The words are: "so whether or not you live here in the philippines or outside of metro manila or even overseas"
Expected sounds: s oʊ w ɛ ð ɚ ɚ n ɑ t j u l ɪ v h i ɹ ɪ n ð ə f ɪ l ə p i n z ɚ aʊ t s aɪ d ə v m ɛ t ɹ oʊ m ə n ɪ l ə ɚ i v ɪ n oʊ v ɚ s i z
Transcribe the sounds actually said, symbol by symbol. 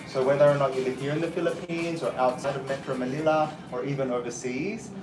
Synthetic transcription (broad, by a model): s oʊ w ɛ ð ɚ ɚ n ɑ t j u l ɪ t h i ɹ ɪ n ð ə f ɪ l ə p i n z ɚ aʊ t s aɪ d ə v m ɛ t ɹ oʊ m ə n ɪ l ə ɚ i v ɪ n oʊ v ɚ s i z